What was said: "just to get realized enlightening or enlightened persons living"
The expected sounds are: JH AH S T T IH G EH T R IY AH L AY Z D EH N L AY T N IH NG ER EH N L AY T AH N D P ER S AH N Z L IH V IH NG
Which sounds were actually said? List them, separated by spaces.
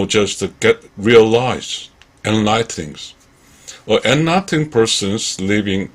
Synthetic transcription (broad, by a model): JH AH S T T IH G EH T R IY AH L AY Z EH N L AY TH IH NG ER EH N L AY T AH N P ER S AH N Z L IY V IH NG